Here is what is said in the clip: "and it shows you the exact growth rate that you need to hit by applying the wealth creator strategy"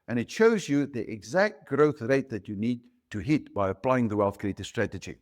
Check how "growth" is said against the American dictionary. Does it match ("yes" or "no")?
yes